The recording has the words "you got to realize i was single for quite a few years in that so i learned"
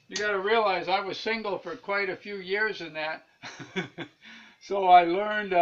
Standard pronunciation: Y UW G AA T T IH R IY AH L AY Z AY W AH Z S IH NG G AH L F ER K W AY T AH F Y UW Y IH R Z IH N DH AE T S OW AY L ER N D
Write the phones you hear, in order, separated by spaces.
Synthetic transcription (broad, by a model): Y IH G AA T T IH R IY AH L AY Z AY W AH Z S IH NG G L F ER K W AY T AH F Y UW Y IH R Z IH N DH AE T S OW AY L ER N D